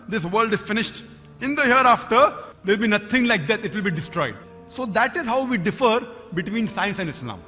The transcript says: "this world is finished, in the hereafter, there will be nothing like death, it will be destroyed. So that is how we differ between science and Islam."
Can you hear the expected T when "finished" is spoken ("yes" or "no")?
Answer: yes